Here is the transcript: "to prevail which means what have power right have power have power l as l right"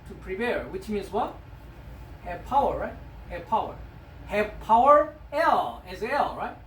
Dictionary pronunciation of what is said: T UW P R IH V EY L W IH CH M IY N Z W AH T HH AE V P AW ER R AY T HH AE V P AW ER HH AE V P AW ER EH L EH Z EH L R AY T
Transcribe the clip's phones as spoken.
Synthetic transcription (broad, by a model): T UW P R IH P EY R W IH CH M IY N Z W AH T HH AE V P AW ER R AY T HH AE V P AW ER HH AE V P AW ER EH L EH Z EH L R AY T